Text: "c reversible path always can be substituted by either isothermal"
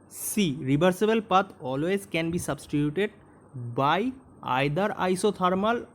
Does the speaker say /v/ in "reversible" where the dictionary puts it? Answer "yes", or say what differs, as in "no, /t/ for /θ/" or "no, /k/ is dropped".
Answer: no, /b/ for /v/